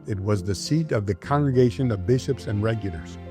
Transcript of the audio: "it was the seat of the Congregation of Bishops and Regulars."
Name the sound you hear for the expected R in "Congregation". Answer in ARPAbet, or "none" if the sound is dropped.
R